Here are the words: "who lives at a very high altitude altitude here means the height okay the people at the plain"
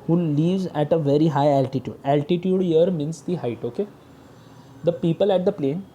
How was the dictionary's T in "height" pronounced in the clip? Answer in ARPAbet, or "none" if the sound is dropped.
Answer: T